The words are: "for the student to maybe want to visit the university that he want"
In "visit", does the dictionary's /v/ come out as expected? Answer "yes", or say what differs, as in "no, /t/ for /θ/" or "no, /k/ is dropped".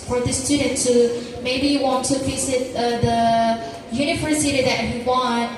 no, /f/ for /v/